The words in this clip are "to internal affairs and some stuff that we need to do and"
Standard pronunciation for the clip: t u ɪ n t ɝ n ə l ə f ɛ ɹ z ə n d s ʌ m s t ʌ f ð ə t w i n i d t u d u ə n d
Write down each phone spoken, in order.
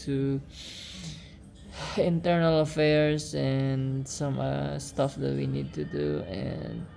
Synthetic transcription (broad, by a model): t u ɪ n t ɝ n ə l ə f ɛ ɹ s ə n s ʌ m s t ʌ f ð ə t w i n i d t u d u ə n